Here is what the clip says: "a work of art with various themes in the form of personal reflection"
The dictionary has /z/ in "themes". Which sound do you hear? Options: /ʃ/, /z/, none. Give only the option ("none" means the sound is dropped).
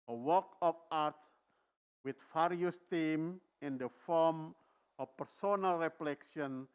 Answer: none